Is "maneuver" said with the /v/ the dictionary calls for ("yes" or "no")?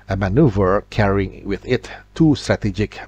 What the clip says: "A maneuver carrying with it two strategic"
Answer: yes